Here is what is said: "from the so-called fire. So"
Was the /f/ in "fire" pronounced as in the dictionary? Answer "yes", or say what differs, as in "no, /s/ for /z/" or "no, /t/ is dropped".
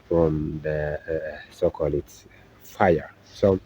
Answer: yes